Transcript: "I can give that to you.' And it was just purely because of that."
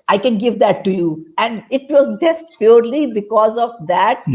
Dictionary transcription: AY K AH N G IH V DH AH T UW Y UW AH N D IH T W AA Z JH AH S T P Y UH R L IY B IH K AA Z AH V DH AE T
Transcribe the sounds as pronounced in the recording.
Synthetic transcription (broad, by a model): AY K AH N G IH V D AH T UW Y UW AH N D IH T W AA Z JH AH S T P Y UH R L IY B IH K AA Z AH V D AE T